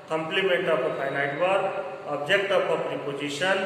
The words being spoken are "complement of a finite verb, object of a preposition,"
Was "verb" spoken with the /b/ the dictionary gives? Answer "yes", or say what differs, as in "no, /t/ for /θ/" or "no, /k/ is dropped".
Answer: no, /b/ is dropped